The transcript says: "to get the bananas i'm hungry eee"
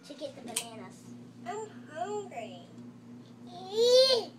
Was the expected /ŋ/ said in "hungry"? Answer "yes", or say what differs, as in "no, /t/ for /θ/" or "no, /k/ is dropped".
no, /ŋ/ is dropped